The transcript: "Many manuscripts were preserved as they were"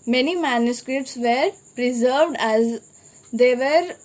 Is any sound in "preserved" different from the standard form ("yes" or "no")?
no